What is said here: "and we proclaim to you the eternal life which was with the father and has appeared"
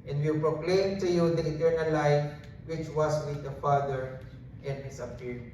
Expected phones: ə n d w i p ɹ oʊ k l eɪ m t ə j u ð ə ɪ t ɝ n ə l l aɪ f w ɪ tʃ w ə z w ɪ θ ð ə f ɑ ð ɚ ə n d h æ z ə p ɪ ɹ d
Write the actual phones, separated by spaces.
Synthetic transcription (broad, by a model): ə n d w i p ɹ oʊ k l eɪ m t ə j u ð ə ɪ t ɝ n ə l l aɪ f w ɪ tʃ w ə s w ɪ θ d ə f ɑ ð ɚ ə n d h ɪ s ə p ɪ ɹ